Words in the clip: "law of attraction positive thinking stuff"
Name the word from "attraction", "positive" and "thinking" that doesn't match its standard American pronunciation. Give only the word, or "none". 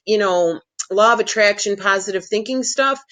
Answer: none